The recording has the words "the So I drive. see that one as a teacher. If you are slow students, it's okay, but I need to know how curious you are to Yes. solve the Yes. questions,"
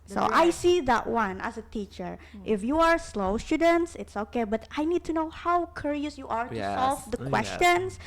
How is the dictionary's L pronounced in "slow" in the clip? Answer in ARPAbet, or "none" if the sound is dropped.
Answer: L